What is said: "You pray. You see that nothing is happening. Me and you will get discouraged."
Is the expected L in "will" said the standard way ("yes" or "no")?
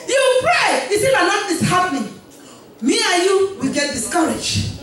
yes